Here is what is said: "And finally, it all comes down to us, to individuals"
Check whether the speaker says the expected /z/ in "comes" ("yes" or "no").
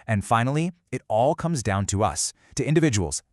yes